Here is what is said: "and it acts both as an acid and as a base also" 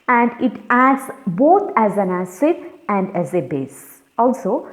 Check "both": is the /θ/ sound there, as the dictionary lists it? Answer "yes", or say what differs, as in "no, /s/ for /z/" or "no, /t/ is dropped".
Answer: no, /t/ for /θ/